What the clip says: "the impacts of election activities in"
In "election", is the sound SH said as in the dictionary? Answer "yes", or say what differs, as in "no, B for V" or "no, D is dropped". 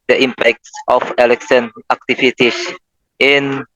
no, S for SH